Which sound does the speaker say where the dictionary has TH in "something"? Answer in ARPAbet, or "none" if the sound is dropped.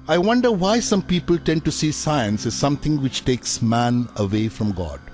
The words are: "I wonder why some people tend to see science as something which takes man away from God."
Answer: T